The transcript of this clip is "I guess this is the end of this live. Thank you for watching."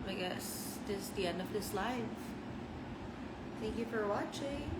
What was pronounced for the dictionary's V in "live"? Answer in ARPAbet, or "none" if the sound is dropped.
F